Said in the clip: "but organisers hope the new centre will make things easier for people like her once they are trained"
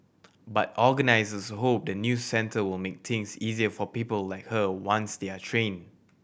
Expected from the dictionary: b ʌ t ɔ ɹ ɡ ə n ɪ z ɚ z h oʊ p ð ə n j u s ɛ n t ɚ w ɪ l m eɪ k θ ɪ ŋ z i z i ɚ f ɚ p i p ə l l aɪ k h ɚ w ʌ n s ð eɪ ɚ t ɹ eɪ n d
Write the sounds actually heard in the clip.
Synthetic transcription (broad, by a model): b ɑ t ɔ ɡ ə n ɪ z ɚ s h oʊ p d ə n j u s ɛ n t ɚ w ɪ l m eɪ k t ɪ ŋ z i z i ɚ f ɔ p i p ə l l aɪ k h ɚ w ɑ n s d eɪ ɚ t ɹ eɪ n